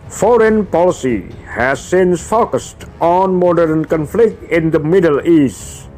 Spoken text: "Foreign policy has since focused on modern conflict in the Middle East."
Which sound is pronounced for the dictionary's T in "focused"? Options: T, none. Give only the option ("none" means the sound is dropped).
T